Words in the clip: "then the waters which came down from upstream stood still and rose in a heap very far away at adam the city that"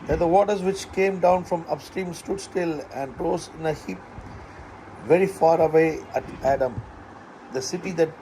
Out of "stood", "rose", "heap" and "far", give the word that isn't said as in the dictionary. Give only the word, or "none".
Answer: rose